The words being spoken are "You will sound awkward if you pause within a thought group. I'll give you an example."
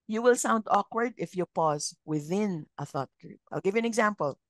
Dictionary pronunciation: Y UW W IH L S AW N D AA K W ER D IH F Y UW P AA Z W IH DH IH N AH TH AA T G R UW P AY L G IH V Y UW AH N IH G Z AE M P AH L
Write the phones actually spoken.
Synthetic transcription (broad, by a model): Y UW W IH L S AW N D AA K W ER D IH F Y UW P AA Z W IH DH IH N AH TH AA T G R UW P AY L G IH V Y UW AH N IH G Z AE M P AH L